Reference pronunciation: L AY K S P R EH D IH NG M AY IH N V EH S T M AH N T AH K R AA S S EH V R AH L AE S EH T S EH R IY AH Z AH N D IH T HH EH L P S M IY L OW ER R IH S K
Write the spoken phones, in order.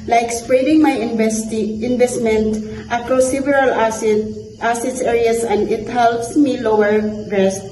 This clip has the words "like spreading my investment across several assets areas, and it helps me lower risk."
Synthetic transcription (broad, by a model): L AY K S P R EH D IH NG M AY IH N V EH S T M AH N T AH K R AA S S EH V R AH L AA S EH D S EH R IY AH S AH N D IH T HH EH L P S M IY L OW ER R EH S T